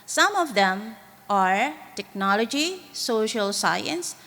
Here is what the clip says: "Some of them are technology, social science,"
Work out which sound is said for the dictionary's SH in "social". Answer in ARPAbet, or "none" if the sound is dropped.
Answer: SH